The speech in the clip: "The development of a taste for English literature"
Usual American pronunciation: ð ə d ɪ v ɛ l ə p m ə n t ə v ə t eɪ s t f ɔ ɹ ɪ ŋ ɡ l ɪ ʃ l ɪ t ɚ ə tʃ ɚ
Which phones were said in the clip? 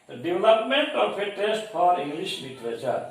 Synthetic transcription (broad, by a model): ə d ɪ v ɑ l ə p m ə n t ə p ə t eɪ s t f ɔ ɹ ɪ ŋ ɡ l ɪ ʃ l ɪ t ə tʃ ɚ